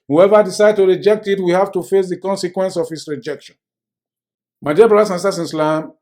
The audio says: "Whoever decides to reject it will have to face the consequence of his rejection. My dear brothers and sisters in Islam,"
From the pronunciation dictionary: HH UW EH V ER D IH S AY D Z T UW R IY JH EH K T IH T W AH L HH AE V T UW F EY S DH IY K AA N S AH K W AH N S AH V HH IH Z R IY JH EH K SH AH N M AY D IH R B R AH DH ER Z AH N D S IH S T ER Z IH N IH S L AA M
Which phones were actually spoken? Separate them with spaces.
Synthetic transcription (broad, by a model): HH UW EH V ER D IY S AY D T UW R IY JH EH K T IH T W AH HH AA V T UW F EY S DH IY K AA N S AH K W AH N S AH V HH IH S R IY JH EH K SH AH N M AY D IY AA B R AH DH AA S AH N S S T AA S IH N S L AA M